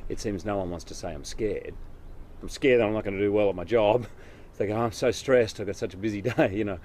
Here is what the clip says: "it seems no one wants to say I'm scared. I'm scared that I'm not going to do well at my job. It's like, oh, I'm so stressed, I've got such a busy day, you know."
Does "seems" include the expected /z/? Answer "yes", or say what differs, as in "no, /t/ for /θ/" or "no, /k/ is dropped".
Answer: yes